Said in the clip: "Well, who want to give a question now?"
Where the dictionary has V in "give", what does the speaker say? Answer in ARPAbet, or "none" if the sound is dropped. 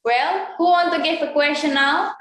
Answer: F